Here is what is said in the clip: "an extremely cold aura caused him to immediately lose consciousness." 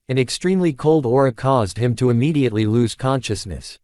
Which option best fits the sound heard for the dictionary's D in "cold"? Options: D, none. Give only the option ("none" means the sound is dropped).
D